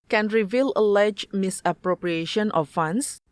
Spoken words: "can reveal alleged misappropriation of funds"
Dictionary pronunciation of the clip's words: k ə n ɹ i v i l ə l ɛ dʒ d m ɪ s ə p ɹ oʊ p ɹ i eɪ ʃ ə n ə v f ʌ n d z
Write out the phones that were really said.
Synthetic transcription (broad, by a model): k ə n ɹ i v i l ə l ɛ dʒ m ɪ s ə p ɹ oʊ p ɹ i eɪ ʃ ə n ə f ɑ n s